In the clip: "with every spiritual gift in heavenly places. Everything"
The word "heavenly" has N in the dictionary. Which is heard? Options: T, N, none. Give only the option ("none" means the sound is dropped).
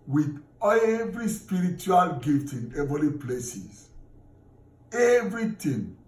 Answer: none